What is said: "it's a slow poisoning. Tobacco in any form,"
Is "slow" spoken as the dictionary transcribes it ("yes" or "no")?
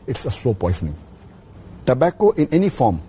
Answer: no